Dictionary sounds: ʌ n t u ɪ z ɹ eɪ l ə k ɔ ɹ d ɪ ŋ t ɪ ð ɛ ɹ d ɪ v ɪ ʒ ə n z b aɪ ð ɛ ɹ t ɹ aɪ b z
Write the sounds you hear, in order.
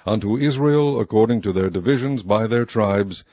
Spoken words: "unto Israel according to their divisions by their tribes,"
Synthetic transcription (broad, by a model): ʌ n t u ɪ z ɹ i l ə k ɔ ɹ d ɪ ŋ t ɪ ð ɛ ɹ d ɪ v ɪ ʒ ə n z b aɪ ð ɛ ɹ t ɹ aɪ b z